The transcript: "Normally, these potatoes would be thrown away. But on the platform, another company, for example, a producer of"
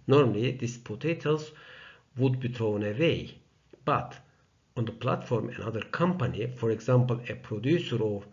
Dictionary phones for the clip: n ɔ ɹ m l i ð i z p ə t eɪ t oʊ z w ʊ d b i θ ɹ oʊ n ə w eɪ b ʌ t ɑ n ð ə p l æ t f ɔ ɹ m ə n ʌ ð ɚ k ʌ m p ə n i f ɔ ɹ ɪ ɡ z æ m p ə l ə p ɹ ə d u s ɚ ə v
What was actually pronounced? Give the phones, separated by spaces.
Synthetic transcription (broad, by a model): n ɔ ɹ m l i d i s p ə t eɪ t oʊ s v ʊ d b i t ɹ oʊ n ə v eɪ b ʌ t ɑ n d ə p l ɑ t f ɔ ɹ m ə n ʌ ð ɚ k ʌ m p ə n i f ɔ ɹ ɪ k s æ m p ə l ə p ɹ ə d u s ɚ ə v